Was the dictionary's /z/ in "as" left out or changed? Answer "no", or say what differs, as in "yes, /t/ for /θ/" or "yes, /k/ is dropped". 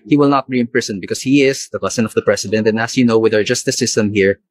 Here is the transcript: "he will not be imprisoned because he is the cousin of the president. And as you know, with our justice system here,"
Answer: yes, /s/ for /z/